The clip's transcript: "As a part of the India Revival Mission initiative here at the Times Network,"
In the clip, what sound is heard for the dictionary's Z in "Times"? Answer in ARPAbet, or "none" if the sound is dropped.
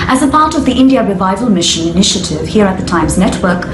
Z